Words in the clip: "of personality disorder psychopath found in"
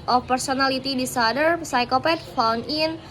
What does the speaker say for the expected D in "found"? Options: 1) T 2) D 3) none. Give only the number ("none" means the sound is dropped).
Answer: 3